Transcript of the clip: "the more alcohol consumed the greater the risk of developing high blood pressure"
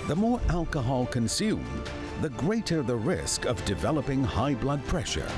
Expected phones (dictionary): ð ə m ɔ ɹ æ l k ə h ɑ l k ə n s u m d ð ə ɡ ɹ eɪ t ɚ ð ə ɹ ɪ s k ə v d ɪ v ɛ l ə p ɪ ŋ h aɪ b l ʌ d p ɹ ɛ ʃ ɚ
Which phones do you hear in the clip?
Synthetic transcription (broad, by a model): ð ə m ɔ ɹ æ l k ə h ɑ l k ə n s u m ð ə ɡ ɹ eɪ t ɚ ð ə ɹ ɪ s k ə v d ɪ v ɛ l ə p ɪ ŋ h aɪ b l ʌ d p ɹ ɛ ʃ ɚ